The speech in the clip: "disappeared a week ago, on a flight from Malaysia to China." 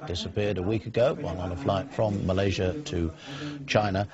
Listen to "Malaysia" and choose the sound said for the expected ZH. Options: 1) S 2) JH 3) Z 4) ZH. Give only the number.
4